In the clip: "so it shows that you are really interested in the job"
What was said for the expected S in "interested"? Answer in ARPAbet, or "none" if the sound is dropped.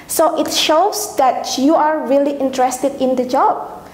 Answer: S